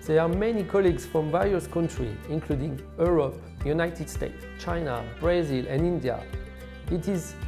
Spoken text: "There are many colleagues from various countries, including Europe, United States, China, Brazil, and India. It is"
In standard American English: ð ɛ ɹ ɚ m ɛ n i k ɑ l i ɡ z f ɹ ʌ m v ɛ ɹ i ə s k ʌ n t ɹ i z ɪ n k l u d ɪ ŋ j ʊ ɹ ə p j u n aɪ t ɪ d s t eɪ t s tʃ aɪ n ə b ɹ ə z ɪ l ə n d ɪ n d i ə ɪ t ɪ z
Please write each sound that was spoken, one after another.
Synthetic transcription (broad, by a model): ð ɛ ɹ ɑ m ɛ n i k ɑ l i ɡ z f ɹ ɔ m v ɛ ɹ i ə s k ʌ n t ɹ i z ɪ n k l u d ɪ ŋ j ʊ ɹ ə p j u n aɪ t ɪ d s t eɪ t s tʃ aɪ n ə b ɹ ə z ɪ l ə n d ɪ n d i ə ɪ t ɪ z